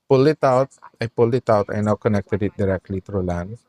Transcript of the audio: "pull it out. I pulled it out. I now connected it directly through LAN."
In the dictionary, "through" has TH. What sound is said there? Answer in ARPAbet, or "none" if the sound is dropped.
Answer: T